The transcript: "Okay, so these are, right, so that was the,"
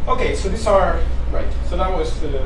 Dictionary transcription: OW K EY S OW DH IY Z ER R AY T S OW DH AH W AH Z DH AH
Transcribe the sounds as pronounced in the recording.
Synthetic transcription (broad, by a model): OW K EY S OW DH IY S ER R AY T S OW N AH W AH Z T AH